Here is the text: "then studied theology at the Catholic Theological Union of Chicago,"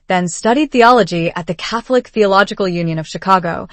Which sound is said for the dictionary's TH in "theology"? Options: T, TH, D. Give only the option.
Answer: TH